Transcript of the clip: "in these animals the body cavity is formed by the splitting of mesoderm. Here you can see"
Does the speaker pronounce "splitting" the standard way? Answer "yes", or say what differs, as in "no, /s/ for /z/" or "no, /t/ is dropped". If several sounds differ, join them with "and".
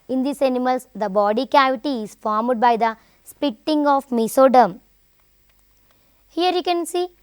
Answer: no, /l/ is dropped